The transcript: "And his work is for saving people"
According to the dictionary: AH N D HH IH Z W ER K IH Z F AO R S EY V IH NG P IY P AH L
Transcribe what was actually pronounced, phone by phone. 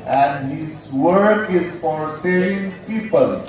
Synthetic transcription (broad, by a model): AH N D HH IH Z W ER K IH Z F AO R S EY IH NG P IY P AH L